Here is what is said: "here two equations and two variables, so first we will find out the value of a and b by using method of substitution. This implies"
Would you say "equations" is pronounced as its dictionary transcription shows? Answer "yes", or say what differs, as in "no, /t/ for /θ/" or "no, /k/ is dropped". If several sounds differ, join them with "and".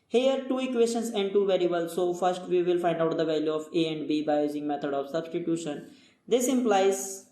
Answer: no, /ʃ/ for /ʒ/